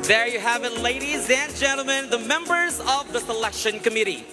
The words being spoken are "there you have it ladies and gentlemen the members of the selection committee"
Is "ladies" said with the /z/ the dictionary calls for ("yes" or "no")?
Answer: yes